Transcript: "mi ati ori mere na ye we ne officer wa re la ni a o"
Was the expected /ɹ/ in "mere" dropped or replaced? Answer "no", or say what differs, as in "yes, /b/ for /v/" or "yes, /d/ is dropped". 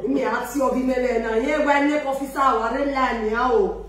yes, /l/ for /ɹ/